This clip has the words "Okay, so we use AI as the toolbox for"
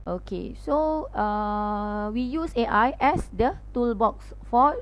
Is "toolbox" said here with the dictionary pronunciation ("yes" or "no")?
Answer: yes